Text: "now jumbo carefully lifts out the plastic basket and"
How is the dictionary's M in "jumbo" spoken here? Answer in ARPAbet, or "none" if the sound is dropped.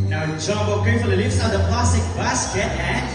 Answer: none